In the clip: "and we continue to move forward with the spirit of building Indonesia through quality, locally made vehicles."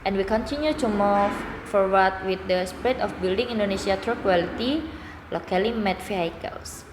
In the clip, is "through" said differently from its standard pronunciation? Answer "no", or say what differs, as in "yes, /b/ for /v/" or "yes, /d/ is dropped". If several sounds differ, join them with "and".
yes, /t/ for /θ/